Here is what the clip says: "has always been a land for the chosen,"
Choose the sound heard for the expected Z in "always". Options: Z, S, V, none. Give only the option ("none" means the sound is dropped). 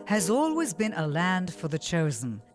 Z